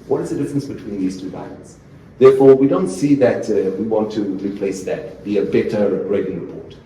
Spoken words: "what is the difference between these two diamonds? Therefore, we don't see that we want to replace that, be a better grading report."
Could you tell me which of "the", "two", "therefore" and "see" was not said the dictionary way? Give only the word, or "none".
none